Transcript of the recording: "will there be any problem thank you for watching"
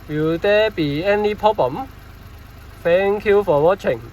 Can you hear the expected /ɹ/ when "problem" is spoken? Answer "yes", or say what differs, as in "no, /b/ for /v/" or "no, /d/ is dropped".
no, /ɹ/ is dropped